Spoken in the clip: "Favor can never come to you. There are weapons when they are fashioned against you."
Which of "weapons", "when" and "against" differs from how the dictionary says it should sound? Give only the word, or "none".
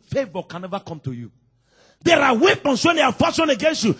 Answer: weapons